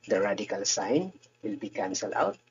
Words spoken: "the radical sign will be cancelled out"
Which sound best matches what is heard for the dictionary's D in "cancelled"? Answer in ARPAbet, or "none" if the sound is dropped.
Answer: none